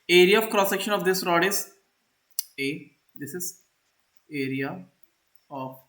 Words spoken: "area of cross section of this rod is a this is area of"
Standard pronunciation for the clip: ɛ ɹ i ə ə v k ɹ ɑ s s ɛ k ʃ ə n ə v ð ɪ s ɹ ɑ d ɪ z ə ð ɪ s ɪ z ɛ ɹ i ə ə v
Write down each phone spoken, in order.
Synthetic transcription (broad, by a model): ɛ ɹ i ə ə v k ɹ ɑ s s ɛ k ʃ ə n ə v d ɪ s ɹ ɑ d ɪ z ə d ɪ s ɪ z ɛ ɹ i ə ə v